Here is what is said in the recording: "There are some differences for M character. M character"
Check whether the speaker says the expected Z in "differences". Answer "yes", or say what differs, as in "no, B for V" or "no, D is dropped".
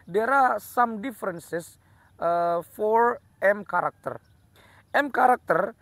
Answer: no, S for Z